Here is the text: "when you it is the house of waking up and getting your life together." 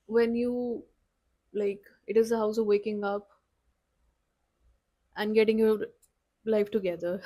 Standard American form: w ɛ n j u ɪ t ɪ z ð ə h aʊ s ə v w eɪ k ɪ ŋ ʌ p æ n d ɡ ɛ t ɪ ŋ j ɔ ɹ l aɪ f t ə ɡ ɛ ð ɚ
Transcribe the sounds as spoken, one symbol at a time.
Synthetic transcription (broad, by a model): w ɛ n j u ɪ t ɪ z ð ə h aʊ s ə v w eɪ k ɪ ŋ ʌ p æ n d ɡ ɛ t ɪ ŋ j ɔ ɹ l aɪ f t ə ɡ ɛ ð ɚ